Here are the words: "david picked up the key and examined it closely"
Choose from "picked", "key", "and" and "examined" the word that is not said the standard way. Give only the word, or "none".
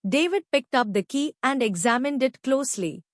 none